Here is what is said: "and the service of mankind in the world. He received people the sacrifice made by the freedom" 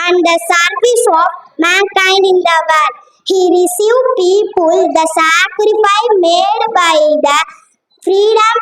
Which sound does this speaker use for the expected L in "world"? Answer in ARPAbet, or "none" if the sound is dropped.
none